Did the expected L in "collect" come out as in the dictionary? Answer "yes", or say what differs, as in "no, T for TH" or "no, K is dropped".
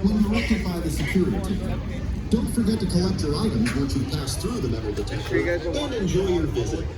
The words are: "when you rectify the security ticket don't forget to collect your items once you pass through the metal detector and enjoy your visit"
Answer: no, L is dropped